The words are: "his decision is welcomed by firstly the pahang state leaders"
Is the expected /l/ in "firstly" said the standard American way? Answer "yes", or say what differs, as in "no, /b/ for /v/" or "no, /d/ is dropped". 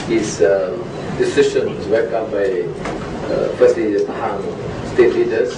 no, /l/ is dropped